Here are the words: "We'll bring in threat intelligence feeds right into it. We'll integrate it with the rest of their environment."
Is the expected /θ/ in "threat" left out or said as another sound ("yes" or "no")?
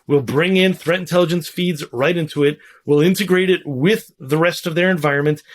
no